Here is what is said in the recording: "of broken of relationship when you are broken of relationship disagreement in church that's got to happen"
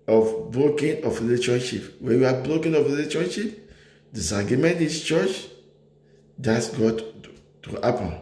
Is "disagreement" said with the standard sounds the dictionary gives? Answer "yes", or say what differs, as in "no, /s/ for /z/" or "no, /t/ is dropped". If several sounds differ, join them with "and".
no, /ɹ/ is dropped